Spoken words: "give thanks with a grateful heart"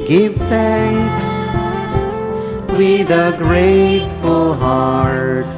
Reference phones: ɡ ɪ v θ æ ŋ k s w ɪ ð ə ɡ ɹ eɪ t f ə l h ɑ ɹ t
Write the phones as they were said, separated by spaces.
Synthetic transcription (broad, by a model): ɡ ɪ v θ æ ŋ k s w ɪ ð ə ɡ ɹ eɪ t f ə l h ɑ ɹ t